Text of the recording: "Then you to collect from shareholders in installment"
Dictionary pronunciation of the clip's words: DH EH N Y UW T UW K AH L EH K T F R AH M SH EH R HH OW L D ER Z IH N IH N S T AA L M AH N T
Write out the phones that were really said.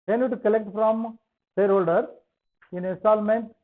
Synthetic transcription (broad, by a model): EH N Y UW T UW K AH L EH K T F R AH M S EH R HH OW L D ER IH N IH N S T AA L M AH N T